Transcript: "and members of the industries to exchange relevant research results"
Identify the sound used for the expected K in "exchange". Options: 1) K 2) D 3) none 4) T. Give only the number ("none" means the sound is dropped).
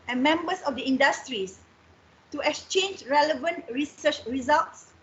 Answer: 1